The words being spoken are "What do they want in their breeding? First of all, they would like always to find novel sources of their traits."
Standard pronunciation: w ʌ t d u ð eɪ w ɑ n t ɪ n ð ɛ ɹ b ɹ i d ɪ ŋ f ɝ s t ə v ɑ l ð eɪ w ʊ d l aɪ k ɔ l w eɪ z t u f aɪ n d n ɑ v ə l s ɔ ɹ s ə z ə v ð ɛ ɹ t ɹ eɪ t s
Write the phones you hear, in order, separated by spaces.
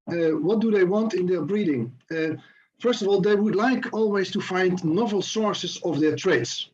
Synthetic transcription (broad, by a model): w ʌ t d u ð eɪ w ɑ n t ɪ n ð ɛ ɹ b ɹ i d ɪ ŋ f ɝ s t ə v ɑ l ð eɪ w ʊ d l aɪ k ɔ l w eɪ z t u f aɪ n d n ɑ v ə l s ɔ ɹ s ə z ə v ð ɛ ɹ t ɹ eɪ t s